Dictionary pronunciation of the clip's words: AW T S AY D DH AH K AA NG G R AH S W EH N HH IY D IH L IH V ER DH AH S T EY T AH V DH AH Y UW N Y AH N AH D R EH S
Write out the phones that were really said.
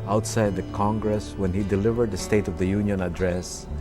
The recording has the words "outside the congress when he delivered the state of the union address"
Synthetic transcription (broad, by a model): AW T S AY D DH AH K AA NG G R AH S W EH N HH IY D IH L IH V ER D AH S T EY T AH V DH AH Y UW N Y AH N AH D R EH S